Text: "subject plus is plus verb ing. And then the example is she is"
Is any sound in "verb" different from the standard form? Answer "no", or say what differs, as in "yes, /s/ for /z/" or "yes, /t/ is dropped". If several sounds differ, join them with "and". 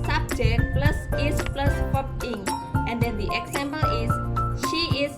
yes, /p/ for /v/